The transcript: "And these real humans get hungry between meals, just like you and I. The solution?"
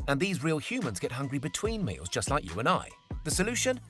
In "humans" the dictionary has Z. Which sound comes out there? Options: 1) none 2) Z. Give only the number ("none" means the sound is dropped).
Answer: 2